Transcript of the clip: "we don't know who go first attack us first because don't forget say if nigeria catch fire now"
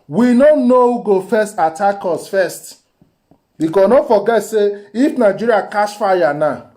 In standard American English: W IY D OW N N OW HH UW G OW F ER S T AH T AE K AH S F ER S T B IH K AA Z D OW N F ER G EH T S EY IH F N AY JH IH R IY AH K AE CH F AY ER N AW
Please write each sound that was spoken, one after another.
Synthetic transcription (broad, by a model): W IY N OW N N OW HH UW G OW F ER S T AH T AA K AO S F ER S T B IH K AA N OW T F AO G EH T S EY IH F N AY JH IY R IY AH K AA S F AY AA N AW